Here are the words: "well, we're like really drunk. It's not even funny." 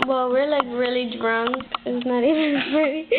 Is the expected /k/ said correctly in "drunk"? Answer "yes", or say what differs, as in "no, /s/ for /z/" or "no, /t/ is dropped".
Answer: no, /k/ is dropped